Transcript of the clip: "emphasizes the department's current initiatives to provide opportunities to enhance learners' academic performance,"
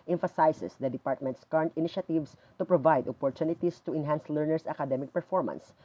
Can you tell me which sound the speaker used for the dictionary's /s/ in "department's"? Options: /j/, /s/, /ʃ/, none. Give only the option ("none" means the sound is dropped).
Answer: /s/